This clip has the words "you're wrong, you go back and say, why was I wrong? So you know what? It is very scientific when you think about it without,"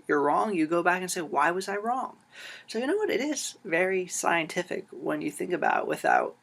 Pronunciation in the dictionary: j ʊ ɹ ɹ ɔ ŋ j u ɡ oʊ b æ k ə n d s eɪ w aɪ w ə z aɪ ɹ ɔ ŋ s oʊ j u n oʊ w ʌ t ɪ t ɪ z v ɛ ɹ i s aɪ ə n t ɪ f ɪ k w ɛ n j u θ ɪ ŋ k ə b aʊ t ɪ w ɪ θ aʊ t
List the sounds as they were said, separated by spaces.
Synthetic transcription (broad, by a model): j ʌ ɹ ɹ ɔ ŋ j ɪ ɡ oʊ b æ k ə n s eɪ w aɪ w ə z aɪ ɹ ɔ ŋ s oʊ j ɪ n oʊ w ʌ t ɪ t ɪ z v ɛ ɹ i s aɪ ə n t ɪ f ɪ k w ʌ n j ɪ θ ɪ ŋ k ə b aʊ t w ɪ θ aʊ t